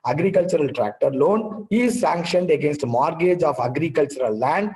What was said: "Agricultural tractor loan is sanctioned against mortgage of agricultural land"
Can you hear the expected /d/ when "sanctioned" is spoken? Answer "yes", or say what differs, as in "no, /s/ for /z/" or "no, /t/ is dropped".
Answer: yes